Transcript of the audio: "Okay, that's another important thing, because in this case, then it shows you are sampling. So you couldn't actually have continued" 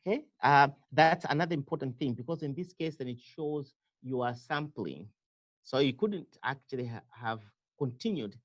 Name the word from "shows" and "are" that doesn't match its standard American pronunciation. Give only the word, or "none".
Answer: none